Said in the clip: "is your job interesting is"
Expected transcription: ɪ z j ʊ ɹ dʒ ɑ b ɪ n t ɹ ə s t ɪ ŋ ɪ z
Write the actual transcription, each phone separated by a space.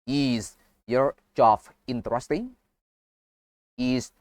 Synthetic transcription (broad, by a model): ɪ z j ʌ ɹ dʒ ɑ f ɪ n t ɹ ə s t ɪ ŋ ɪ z